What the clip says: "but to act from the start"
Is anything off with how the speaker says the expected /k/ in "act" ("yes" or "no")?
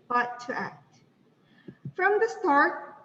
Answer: no